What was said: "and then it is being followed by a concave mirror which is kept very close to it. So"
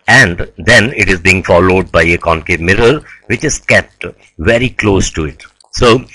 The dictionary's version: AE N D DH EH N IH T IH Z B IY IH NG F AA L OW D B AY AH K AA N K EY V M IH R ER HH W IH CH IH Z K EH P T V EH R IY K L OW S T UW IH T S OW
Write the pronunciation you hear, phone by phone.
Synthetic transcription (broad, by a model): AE N D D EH N IH T IH Z B IY IH NG F AA L OW D B AY AH K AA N K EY M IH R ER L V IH CH IH Z K EH P T V EH R IY K L OW S T UW IH T S OW